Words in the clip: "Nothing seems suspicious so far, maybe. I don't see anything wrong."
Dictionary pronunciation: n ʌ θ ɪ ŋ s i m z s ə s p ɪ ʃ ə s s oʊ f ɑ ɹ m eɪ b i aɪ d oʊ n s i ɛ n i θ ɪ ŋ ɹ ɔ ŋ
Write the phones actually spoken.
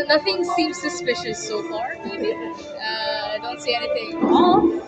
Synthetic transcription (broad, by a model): n ʌ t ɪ ŋ s i m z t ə s p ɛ ʃ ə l s oʊ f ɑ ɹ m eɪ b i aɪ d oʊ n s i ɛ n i t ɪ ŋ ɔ